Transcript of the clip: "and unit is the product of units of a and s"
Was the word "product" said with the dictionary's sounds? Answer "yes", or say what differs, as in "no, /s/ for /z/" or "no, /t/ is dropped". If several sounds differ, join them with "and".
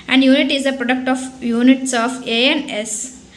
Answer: yes